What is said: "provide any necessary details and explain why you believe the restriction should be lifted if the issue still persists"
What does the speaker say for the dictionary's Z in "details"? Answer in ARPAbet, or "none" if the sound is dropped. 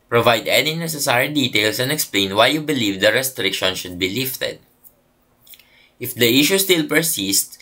S